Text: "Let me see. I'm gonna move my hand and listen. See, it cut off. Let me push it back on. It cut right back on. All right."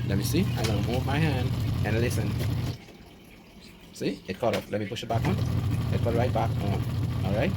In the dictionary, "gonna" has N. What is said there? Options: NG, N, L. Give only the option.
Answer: L